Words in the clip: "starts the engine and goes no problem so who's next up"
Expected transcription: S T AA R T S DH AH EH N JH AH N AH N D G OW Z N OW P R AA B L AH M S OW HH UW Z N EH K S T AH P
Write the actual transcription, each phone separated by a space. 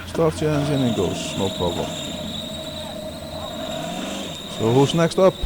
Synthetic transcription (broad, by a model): S T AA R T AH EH N Z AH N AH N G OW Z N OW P AA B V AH S OW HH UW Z N EH K S T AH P